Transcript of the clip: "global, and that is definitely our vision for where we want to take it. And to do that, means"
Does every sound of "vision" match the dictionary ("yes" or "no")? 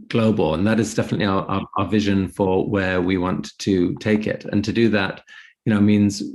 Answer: yes